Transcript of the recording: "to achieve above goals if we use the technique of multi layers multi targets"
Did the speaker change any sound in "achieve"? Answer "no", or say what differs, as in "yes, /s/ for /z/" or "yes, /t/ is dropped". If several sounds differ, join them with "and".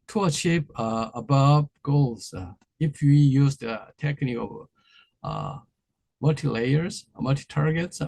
yes, /p/ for /v/